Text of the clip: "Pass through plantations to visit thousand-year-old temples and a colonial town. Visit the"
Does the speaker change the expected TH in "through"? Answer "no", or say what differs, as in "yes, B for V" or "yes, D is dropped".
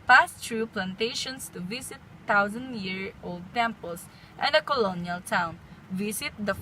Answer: yes, T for TH